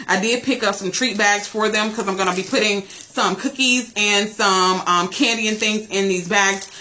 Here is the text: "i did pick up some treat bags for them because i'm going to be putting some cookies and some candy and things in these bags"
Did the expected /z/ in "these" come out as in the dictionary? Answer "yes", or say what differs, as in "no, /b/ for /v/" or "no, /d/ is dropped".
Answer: yes